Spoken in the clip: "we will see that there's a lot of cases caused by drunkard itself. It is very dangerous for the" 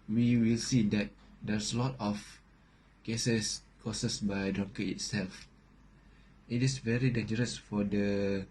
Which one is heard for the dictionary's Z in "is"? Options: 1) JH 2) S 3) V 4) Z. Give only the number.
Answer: 2